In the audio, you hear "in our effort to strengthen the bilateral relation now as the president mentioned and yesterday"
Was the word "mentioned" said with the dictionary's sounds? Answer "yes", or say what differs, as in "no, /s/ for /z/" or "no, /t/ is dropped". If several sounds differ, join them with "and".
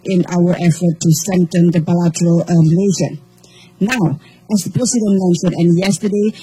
no, /s/ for /ʃ/ and /d/ is dropped